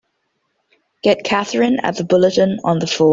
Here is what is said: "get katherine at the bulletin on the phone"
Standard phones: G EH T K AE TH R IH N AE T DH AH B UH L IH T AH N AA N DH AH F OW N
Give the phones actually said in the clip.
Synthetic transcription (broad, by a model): G EH T K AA TH R IH N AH T DH AH B UH L IH T AH N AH N DH AH F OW